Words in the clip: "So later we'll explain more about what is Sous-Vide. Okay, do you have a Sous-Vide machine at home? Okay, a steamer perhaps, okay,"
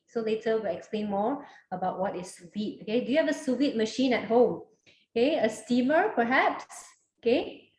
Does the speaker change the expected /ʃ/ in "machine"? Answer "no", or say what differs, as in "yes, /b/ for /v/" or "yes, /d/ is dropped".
no